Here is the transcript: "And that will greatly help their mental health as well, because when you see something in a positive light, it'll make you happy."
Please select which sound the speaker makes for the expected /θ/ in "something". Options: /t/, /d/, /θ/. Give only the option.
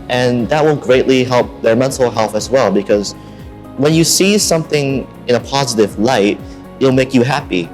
/θ/